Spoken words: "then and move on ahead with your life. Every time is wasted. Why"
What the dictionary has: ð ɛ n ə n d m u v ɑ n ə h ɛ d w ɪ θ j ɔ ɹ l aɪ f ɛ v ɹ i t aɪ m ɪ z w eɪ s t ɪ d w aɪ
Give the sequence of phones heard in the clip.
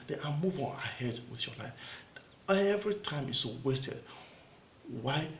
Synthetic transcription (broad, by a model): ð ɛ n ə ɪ m u v ɑ n ə h ɛ d w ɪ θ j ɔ l aɪ f ɛ v ɹ i t aɪ m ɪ s w eɪ s t ɪ d w aɪ